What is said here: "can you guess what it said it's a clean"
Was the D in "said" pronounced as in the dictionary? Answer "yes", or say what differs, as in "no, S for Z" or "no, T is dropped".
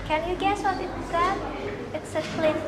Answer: no, D is dropped